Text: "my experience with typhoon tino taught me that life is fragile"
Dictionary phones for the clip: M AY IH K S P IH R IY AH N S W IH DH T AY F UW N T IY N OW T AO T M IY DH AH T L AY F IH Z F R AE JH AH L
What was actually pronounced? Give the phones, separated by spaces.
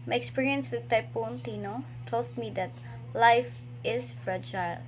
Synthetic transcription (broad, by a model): M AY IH K S P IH R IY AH N S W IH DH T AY P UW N T IY N OW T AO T M IY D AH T L AY F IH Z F R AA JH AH L